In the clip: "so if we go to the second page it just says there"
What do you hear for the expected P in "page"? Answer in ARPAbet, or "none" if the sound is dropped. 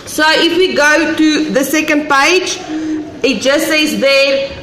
P